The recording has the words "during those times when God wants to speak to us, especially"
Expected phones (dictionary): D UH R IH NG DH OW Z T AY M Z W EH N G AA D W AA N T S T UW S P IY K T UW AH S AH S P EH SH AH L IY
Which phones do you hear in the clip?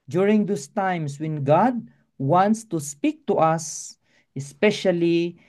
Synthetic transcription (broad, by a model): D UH R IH NG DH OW S T AY M S W EH N G AA D W AA N T S T UW S P IY K T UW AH S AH S P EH SH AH L IY